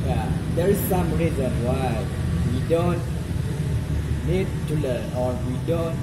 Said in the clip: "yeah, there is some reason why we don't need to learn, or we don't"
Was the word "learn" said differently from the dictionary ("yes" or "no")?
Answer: yes